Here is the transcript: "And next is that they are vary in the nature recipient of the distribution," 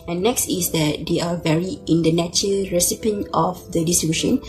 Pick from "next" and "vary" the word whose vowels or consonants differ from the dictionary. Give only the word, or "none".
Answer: none